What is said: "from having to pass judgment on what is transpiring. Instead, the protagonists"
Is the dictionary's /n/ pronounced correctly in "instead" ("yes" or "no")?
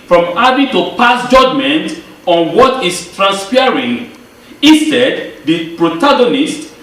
no